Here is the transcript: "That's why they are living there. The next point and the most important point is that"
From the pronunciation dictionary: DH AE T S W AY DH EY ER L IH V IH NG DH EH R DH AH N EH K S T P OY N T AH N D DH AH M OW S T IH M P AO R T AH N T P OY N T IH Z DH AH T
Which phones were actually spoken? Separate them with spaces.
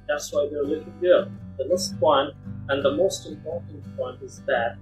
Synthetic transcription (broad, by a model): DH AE T S W AY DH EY ER L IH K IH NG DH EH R DH AH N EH S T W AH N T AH N DH AH M OW S T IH M P AO R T N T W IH N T IH Z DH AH T